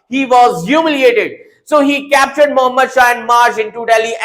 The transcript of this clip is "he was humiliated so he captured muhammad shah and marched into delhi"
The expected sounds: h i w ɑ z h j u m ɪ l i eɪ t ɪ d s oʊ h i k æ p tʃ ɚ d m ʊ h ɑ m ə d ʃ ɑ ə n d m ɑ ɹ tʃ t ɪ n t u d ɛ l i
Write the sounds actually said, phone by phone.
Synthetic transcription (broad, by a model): h i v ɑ z h j u m ɪ l i eɪ t ɪ d s oʊ h i k æ p tʃ ɚ d m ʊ h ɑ m ə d ʃ ɑ ə n d m ɑ ɹ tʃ ɪ n t u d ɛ l i